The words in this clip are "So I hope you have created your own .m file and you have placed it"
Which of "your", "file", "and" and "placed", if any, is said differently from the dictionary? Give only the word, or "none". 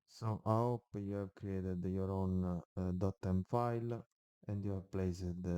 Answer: placed